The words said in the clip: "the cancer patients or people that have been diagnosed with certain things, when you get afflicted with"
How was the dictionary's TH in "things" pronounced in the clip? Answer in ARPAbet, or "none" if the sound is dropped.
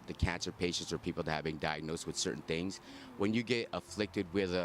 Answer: TH